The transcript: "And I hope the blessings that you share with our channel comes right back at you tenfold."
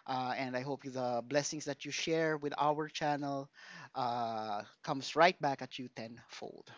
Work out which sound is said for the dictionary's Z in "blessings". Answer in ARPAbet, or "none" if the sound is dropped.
S